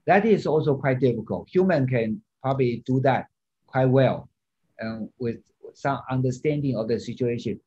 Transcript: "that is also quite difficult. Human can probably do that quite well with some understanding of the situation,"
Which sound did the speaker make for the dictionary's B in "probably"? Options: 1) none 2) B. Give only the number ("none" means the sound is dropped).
2